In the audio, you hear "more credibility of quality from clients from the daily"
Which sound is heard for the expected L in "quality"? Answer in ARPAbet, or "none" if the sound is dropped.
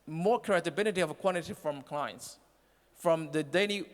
N